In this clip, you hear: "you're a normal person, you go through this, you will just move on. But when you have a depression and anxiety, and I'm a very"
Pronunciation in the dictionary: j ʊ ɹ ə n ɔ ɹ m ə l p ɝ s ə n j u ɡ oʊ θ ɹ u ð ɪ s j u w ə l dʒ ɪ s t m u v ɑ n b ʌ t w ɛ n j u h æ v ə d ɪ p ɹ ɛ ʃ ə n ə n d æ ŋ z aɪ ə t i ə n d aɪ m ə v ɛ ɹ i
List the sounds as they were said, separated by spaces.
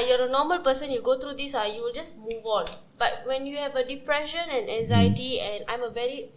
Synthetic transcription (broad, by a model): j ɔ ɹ ə n ɔ m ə l p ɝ s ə n j u ɡ oʊ t ɹ u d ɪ s j u w ə l dʒ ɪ s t m u v ɑ n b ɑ t w ɛ n j u h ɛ v ə d ɪ p ɹ ɛ ʃ ə n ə n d æ ŋ z aɪ ə t i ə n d aɪ m ə v ɛ ɹ i